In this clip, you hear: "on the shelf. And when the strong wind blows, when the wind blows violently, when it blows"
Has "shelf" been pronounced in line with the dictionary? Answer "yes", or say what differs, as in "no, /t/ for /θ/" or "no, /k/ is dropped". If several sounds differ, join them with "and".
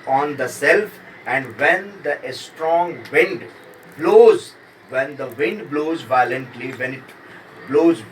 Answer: no, /s/ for /ʃ/